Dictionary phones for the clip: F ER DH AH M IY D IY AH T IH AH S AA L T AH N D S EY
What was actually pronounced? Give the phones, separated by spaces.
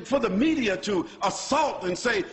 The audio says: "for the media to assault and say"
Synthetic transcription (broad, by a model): F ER DH AH M IY D IY AH T IH AH S AA L T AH N S EY